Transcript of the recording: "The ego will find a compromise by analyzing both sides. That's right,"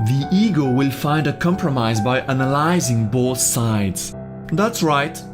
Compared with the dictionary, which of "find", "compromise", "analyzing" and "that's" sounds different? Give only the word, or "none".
none